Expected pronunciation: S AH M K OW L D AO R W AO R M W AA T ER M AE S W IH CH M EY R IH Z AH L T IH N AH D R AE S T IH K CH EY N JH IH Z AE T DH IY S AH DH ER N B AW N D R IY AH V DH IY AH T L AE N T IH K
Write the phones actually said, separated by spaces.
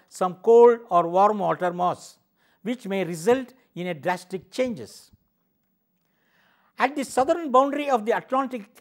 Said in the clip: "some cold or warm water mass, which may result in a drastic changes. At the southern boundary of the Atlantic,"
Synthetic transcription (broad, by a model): S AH M K OW L D AO R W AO R M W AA T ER M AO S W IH CH M EY R IH Z AH L T IH N AH D R AE S T IH K CH EY N JH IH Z AE T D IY S AH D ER N B AW N D R IY AH V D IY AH T L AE N T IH K